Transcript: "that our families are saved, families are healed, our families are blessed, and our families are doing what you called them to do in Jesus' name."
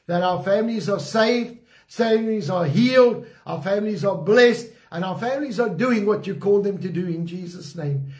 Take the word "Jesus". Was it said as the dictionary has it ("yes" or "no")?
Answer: yes